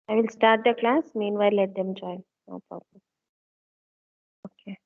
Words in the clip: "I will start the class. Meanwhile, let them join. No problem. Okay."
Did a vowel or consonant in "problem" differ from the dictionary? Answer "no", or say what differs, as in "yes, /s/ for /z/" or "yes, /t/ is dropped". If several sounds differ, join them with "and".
yes, /m/ is dropped